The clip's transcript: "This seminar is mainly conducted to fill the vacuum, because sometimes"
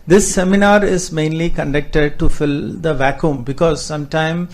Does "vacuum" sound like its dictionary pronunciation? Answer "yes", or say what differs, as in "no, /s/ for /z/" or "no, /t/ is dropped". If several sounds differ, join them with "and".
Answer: yes